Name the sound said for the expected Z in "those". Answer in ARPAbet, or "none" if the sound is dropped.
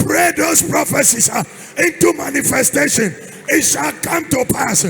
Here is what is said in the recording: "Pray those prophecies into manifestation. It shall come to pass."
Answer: S